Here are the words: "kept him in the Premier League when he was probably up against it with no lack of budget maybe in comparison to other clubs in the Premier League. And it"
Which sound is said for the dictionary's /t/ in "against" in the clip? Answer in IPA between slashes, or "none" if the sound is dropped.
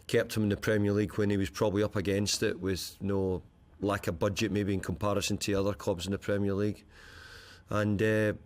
/t/